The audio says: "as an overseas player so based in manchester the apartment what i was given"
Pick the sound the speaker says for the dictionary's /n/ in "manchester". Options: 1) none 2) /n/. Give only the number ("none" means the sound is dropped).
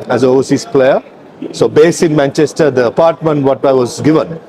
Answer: 2